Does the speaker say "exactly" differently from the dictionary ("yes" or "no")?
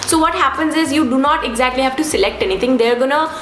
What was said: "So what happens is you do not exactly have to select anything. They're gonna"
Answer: no